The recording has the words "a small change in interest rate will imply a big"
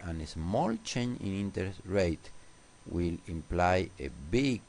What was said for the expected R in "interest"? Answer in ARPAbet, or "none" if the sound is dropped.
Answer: none